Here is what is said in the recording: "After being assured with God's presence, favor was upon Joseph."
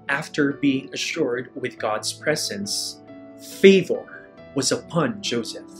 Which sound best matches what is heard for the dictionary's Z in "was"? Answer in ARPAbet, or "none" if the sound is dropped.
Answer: Z